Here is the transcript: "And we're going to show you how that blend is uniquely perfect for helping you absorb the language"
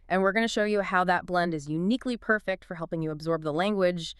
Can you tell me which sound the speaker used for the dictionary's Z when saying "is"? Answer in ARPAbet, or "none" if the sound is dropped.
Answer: Z